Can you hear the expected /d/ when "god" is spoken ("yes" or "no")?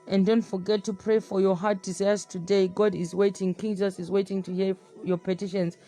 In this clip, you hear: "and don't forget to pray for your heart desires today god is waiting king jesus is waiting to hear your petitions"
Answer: yes